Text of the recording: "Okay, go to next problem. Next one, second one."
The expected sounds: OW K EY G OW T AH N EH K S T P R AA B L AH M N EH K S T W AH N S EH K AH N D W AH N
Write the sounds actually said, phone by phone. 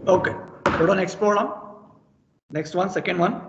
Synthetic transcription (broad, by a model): OW K EY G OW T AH N EH K S T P L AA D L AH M N EH K S T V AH N S EH K AH N D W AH N